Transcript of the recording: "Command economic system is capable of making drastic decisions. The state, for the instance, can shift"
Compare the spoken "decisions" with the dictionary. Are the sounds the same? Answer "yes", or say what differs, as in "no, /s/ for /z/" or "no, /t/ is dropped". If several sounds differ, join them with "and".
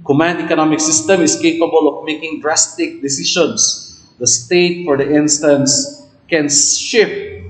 no, /ʃ/ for /ʒ/